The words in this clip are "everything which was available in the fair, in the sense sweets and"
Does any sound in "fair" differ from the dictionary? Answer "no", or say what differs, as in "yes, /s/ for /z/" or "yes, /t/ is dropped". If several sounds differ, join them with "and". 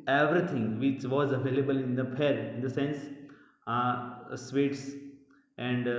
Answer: yes, /p/ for /f/